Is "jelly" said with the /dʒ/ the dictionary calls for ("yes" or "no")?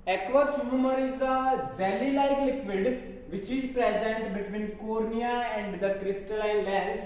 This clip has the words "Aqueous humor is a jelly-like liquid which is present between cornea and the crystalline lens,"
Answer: no